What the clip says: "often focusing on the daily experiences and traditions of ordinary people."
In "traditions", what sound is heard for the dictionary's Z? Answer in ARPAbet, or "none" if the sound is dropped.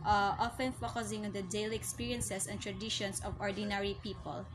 S